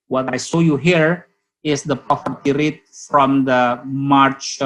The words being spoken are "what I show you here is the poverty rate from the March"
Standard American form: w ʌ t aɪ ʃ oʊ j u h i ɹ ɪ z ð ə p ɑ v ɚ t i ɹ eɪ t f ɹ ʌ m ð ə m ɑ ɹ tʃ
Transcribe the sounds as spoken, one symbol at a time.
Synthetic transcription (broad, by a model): w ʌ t aɪ s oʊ j u h i ɹ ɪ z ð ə p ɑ f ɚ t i ɹ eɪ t f ɹ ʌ m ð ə m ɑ ɹ tʃ